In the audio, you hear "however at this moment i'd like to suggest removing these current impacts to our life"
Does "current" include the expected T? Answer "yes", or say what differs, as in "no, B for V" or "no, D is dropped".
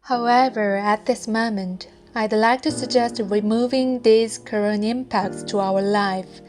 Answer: no, T is dropped